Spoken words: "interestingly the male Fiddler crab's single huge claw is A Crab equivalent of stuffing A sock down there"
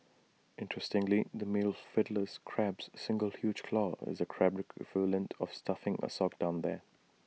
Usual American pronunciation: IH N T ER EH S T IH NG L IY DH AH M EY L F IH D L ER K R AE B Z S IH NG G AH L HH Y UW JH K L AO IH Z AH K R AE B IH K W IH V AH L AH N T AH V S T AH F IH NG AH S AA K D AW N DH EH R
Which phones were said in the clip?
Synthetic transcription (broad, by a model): IH N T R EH S T IH NG L IY DH AH M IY L F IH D L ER K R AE B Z S IH NG G AH L HH Y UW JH K L AO IH Z AH K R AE B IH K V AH L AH N T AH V S T AH F IH NG AH S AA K D AW N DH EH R